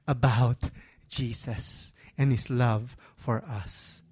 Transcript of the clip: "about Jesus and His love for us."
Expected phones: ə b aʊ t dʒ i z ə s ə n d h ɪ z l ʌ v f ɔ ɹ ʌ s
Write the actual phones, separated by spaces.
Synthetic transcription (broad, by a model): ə b aʊ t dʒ i s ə s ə n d h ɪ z l ʌ v f ɔ ɹ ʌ s